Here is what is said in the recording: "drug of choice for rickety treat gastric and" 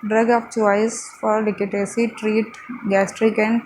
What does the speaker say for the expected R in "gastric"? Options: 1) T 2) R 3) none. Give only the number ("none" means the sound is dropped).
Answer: 2